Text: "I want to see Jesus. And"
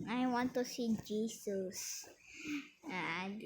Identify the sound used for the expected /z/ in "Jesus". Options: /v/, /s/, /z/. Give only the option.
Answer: /s/